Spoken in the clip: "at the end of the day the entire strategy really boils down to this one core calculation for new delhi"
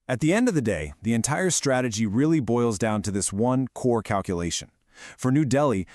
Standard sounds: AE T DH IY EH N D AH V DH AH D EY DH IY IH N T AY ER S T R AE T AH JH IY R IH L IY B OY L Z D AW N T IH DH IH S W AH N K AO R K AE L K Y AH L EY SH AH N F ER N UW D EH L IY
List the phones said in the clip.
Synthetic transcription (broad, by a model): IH T DH IY EH N D AH V DH AH D EY DH IY IH N T AY ER S T R AE T AH JH IY R IH L IY B OY L Z D AW N T IH DH IH S W AH N K AO R K AE L K Y AH L EY SH AH N F ER N UW D EH L IY